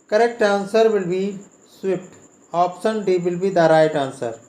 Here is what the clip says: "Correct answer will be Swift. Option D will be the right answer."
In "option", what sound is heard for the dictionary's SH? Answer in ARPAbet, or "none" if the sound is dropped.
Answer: S